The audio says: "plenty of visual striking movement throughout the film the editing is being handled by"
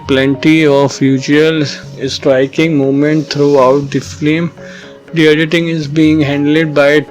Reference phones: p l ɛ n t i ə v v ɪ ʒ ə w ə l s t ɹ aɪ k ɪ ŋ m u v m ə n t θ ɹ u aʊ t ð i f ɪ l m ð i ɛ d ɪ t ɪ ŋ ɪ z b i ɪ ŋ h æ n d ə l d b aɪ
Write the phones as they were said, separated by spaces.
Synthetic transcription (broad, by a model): p l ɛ n t i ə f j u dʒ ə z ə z s t ɹ aɪ k ɪ ŋ m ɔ m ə n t t ɹ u aʊ t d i f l m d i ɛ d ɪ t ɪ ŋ ɪ z b i ɪ ŋ h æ n d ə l d b aɪ